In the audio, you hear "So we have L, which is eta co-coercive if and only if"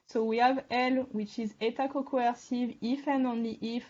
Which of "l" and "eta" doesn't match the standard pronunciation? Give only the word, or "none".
none